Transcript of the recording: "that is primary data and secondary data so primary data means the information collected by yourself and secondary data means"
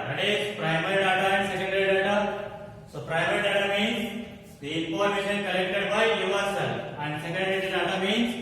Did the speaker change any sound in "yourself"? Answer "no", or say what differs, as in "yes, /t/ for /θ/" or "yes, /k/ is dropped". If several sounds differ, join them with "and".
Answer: yes, /f/ is dropped